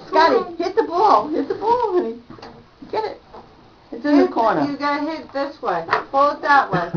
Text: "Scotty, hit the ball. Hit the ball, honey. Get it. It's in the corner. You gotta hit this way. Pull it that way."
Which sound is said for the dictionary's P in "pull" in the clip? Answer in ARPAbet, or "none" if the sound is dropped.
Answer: F